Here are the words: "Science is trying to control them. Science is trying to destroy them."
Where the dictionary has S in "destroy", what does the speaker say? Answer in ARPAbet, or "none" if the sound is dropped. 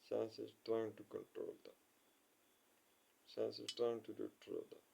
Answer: none